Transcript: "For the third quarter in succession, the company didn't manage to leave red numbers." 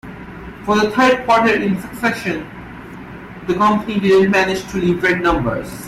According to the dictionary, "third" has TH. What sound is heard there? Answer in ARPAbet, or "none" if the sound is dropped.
T